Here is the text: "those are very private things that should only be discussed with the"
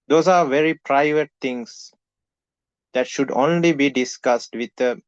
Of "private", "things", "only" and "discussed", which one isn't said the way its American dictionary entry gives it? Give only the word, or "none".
things